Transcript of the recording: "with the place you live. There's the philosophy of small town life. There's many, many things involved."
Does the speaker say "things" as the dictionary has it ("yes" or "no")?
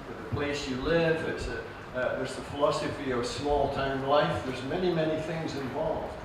yes